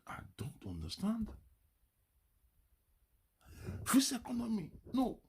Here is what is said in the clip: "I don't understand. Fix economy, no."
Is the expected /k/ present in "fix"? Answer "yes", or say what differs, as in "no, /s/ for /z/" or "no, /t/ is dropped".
no, /k/ is dropped